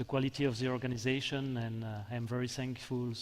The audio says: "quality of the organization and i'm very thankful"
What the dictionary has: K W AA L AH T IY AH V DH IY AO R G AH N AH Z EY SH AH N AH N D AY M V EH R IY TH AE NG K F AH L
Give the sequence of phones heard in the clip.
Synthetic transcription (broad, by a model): K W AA L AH T IY AH V DH IY AO R G AH N AH Z EY SH AH N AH N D AY M V EH R IY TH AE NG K F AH L